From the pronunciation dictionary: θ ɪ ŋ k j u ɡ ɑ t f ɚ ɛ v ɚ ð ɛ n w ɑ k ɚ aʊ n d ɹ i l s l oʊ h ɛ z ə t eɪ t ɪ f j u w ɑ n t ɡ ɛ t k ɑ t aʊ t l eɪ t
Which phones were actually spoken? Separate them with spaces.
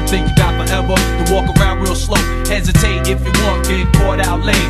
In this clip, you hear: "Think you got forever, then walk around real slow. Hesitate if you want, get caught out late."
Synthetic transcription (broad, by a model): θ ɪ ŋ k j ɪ ɡ ɑ t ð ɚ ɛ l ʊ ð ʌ w ɑ k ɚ aʊ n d w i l s l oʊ h ɛ z ə t eɪ t ɪ f j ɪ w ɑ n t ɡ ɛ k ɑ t aʊ t l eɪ